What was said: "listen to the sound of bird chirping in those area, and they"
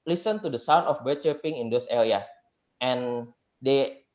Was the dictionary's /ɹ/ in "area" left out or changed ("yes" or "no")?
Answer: yes